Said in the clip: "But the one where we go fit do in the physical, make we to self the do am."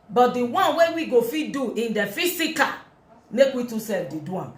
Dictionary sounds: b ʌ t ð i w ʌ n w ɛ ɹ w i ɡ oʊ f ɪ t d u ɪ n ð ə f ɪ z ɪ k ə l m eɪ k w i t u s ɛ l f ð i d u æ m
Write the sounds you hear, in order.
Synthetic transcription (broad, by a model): b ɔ t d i w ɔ n w ɛ w i ɡ oʊ f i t d u ɪ n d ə f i s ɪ k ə m eɪ k w i t u s ɛ l f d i d u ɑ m